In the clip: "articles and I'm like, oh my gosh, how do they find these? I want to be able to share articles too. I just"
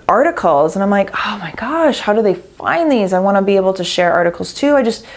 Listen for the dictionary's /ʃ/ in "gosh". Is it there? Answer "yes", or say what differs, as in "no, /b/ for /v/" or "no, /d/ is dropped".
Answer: yes